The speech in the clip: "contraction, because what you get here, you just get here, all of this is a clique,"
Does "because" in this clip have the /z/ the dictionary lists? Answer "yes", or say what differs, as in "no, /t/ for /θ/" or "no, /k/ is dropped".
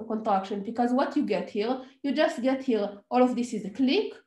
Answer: yes